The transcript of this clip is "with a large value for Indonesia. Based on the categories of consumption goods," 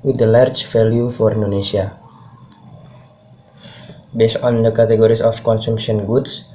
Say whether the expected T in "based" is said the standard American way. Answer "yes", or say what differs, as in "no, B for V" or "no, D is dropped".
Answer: yes